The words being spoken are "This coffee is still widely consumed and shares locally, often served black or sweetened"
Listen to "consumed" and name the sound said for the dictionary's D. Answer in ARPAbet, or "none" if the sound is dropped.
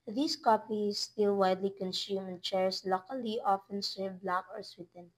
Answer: none